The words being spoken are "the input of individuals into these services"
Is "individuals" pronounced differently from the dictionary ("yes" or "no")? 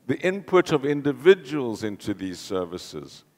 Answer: no